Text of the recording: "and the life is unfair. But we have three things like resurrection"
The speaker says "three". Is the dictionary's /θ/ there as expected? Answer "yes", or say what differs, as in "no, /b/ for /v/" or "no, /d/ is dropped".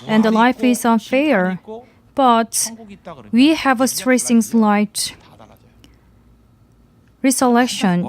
no, /t/ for /θ/